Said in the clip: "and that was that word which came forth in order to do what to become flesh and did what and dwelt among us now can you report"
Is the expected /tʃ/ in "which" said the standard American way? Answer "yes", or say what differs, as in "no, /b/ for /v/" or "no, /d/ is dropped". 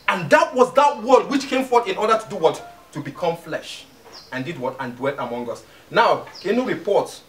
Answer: yes